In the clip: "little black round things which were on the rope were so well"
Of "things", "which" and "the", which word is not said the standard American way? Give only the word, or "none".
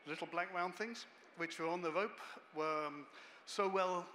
none